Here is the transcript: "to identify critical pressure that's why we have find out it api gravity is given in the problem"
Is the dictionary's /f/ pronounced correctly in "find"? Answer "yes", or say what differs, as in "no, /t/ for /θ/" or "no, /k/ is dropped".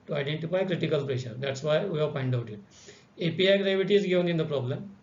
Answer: no, /p/ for /f/